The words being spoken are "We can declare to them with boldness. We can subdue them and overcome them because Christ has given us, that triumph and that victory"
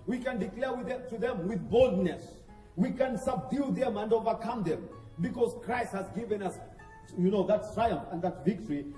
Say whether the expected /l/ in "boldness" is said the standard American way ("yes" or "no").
yes